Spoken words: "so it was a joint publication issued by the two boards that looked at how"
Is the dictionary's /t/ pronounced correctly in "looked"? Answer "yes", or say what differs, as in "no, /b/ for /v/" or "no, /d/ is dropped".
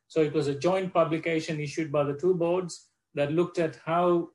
yes